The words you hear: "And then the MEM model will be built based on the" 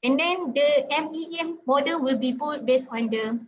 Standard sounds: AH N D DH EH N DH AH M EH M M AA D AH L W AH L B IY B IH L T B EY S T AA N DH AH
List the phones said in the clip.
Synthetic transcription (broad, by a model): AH N D EH N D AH M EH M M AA D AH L W AH L B IY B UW T B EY S AA N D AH